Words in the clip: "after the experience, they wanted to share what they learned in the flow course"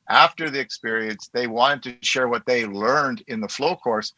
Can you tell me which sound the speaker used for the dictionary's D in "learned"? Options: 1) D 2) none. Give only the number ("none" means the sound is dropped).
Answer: 1